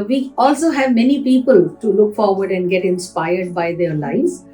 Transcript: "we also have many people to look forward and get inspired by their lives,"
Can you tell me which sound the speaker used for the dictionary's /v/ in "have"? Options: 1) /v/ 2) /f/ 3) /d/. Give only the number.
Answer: 1